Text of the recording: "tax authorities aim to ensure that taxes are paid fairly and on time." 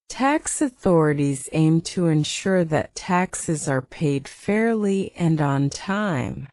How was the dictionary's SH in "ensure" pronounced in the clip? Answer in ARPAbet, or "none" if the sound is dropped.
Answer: SH